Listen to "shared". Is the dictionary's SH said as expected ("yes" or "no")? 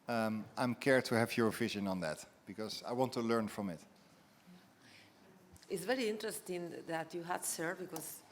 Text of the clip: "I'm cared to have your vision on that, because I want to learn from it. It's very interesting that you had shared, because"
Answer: no